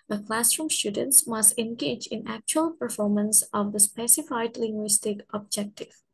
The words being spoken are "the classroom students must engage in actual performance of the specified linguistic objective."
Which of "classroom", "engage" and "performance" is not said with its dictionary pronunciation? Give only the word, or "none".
none